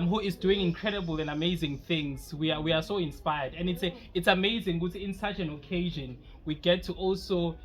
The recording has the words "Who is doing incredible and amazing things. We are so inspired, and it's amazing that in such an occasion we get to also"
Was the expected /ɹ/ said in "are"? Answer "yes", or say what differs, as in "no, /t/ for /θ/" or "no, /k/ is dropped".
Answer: no, /w/ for /ɹ/